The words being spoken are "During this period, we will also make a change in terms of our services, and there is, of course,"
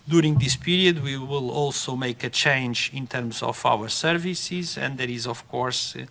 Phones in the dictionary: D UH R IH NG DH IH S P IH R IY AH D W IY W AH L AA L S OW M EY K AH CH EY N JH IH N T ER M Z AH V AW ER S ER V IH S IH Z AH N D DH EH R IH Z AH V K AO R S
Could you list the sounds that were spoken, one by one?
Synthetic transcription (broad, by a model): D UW R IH NG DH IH S P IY R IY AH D W IY W AH L AA L S OW M EY K AH CH EY N JH IH N T ER M Z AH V AW ER S ER V IH S IH Z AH N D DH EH R IH Z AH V K AO R S